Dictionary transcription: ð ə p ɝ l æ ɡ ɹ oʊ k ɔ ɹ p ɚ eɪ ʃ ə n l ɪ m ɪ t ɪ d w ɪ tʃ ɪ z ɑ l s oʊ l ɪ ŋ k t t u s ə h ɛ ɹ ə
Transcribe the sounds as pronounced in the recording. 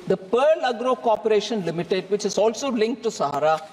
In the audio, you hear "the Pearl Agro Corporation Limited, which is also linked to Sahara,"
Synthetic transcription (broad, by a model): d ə p ɝ l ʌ ɡ ɹ oʊ k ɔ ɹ p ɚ eɪ ʃ ə n l ɪ m ɪ t ɪ d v ɪ tʃ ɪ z ɑ l s oʊ l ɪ ŋ k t t u s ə h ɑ ɹ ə